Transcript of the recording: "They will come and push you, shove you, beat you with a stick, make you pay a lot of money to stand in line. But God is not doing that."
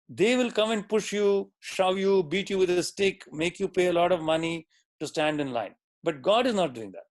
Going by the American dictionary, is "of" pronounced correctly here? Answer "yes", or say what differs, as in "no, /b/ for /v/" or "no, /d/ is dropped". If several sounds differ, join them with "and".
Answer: yes